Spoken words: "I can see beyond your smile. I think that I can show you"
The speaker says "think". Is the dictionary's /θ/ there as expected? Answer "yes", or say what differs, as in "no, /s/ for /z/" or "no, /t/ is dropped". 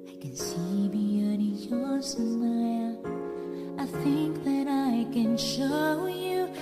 yes